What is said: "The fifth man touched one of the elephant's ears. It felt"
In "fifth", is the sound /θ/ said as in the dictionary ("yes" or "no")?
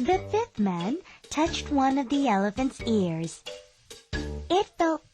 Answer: yes